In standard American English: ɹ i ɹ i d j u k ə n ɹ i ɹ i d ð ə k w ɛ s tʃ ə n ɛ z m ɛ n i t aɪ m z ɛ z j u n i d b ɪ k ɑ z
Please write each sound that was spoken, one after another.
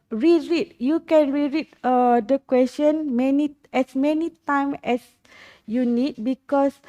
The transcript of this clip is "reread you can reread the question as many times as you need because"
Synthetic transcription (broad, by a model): ɹ i ɹ i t j u k ə n ɹ i ɹ i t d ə k w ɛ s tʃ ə n ɛ s m ɛ n i t aɪ m ɛ s j u n i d b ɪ k ɑ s